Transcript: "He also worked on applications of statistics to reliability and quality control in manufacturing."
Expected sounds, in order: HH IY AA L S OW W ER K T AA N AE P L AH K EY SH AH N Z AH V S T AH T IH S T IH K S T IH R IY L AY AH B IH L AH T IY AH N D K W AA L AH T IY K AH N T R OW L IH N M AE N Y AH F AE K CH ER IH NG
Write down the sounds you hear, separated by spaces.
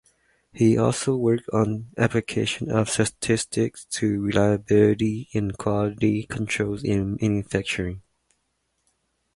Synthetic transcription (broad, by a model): HH IY AA L S OW W ER K T N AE P L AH K EY SH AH N AH V S T AH T IH S T IH K S T IH R IY L AY AH B IH L AH T IY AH N K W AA L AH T IY K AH N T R OW L IH N M AE N Y AH F AE K CH ER IH NG